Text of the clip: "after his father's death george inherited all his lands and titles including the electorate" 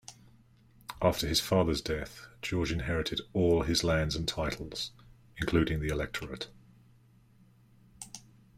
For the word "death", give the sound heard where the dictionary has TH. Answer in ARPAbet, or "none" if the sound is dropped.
TH